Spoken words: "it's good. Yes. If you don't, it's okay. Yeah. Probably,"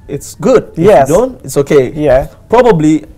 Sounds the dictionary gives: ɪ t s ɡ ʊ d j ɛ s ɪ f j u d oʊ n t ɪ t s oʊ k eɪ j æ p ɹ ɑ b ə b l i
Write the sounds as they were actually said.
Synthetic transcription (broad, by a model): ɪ t s ɡ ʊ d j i ɪ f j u d oʊ n t ɪ t s oʊ k eɪ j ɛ p ɹ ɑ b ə b l i